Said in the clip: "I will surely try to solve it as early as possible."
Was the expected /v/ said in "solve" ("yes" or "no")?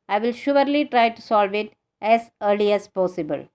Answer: yes